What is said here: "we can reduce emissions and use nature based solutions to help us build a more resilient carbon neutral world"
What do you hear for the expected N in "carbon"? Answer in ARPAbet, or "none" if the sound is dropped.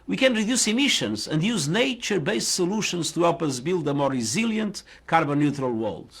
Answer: N